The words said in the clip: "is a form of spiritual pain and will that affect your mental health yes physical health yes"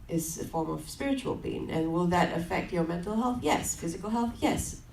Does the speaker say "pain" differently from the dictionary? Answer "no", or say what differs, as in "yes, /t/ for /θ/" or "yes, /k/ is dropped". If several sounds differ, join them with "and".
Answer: yes, /b/ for /p/